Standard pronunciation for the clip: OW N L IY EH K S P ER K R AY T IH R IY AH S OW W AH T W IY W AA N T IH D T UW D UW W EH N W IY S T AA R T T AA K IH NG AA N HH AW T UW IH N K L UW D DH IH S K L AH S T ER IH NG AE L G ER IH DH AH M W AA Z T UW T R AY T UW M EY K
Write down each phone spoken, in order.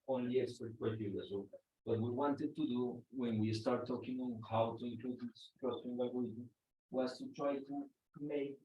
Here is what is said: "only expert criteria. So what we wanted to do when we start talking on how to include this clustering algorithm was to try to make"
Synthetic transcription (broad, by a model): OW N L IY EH S ER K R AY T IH L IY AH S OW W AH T W IY W AA N T IH D T UW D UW W EH N W IY S T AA R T T AA K IH NG AA N HH AW T UW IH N K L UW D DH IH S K AH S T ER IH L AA G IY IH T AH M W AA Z T UW T R AY T UW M EY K